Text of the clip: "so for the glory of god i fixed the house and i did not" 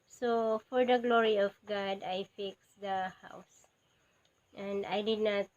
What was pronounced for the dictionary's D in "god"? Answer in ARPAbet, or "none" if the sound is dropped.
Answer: D